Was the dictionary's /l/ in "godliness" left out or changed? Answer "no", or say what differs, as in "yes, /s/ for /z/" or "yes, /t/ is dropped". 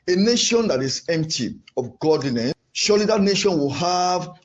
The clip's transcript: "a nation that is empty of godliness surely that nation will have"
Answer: yes, /n/ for /l/